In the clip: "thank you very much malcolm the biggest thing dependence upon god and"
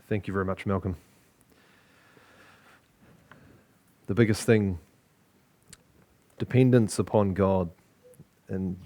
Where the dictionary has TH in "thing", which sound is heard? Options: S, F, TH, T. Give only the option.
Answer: TH